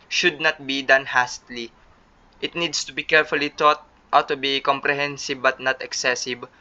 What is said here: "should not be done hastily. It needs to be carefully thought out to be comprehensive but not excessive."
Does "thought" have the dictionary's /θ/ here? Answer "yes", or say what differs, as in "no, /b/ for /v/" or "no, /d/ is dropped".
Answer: no, /t/ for /θ/